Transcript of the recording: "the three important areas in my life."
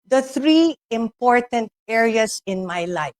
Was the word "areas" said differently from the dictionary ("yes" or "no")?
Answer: yes